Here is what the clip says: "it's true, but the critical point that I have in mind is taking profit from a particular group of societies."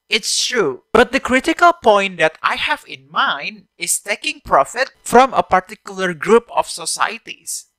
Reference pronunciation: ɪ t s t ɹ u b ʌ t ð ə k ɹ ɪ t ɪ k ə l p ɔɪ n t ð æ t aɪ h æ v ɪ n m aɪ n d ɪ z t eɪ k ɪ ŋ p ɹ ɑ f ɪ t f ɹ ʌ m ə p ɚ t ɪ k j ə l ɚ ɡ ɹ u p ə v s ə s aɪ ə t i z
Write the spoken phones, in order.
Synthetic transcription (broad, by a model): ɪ t s t ɹ u b ʌ t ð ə k ɹ ɪ t ɪ k ə l p ɔɪ n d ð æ t aɪ h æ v ɪ n m aɪ n d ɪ s t eɪ k ɪ ŋ p ɹ ɑ f ɪ t f ɹ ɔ m ə p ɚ t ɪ k j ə l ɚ ɡ ɹ u p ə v s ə s aɪ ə t i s